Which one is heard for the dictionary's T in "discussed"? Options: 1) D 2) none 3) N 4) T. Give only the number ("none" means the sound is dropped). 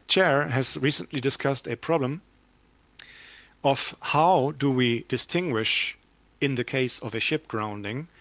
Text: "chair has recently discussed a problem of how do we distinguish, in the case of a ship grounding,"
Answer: 4